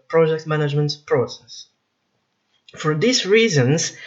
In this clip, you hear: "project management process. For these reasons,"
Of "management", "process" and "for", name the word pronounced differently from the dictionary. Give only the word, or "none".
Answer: none